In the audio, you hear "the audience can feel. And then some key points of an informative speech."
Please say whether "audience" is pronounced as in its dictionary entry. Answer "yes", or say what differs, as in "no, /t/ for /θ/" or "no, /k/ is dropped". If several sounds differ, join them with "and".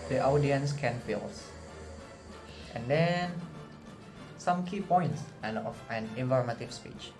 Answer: yes